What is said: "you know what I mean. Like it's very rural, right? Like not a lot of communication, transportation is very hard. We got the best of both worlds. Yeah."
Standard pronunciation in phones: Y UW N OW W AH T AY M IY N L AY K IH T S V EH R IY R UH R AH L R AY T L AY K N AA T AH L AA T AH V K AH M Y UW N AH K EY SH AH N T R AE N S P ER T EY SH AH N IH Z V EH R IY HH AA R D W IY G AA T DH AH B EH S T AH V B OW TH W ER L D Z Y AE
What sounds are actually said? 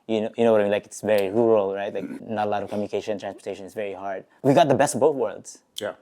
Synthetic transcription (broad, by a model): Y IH N OW W AH T AY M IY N L AY K IH T S V EH R IY R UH R L R AY T L AY K N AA T AH L AA T AH V K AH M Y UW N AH K EY AH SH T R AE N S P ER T EY SH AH N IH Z V EH R IY HH AA R D W IY G AA T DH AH B EH S T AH B OW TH W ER L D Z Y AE